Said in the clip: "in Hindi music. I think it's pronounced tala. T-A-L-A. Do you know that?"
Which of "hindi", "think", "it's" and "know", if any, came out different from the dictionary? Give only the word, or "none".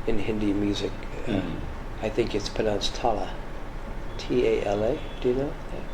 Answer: none